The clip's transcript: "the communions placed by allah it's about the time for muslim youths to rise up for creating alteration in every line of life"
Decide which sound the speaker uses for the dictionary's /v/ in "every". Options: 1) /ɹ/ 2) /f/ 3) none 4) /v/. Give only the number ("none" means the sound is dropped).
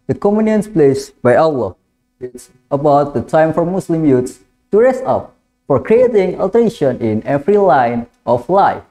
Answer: 2